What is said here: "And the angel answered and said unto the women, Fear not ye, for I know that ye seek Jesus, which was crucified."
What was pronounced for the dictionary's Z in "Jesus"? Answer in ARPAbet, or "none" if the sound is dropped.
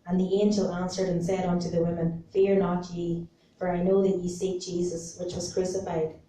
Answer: Z